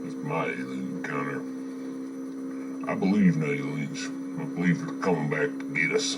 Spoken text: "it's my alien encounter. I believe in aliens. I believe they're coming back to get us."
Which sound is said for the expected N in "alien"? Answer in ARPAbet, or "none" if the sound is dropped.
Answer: none